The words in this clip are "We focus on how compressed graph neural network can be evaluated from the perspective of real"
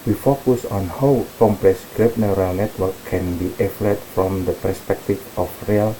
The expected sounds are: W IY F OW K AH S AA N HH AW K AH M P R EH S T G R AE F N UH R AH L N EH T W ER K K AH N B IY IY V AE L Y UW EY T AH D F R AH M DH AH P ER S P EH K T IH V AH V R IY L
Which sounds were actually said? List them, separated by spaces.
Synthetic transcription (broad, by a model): W IY F OW K AH S AA N HH AW K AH M P L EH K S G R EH P N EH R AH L N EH T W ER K K AH N B IY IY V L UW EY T F R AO M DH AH P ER S P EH K T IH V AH F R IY L